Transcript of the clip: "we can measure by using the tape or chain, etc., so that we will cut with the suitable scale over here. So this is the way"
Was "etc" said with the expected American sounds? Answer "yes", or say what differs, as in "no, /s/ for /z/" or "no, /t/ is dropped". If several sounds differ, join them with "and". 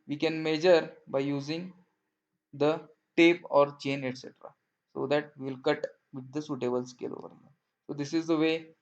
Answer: yes